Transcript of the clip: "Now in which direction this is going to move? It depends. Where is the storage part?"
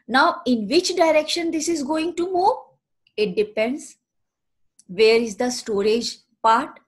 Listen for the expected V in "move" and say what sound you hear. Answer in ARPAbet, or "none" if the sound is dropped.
none